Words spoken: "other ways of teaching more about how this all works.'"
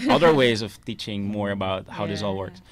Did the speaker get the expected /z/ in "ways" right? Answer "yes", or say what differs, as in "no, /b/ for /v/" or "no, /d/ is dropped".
yes